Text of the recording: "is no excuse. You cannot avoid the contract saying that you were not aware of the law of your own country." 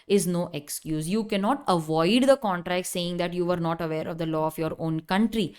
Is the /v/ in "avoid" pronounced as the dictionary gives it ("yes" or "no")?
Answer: yes